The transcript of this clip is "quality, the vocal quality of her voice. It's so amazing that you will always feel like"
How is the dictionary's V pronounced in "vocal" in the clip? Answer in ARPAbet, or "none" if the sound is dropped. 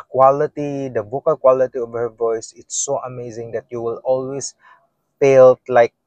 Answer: B